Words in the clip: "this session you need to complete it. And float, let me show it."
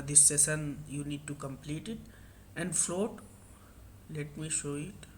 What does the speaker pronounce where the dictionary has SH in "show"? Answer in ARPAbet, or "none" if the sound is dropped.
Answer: SH